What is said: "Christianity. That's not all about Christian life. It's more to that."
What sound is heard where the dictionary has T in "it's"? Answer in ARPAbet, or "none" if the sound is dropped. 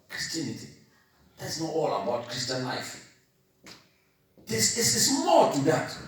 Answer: S